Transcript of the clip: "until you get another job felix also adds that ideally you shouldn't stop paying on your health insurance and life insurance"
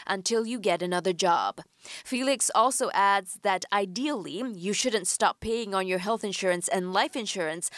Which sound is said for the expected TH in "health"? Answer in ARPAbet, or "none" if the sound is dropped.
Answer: TH